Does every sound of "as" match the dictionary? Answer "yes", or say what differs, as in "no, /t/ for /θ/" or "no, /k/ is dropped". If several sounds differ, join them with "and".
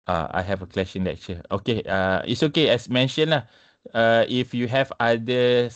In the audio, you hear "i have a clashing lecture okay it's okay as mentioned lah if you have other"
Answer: no, /s/ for /z/